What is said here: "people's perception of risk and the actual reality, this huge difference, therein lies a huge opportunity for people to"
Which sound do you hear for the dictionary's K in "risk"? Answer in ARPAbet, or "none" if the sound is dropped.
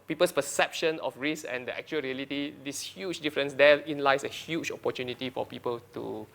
none